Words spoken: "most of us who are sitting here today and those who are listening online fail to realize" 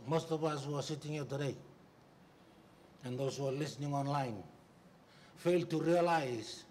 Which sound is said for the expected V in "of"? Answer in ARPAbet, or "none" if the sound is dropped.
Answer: P